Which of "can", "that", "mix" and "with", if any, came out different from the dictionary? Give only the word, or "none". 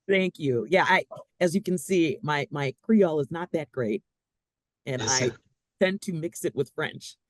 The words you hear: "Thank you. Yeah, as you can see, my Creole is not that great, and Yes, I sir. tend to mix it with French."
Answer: none